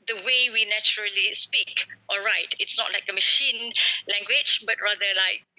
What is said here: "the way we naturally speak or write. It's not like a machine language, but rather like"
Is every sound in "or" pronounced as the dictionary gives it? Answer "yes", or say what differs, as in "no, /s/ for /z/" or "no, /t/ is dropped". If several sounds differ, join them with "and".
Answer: no, /l/ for /ɹ/